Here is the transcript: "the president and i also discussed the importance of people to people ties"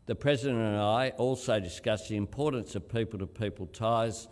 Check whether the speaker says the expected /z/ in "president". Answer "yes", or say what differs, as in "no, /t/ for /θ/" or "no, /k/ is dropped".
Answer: yes